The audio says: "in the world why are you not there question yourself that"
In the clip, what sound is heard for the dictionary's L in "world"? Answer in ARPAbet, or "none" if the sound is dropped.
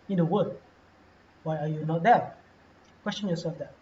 none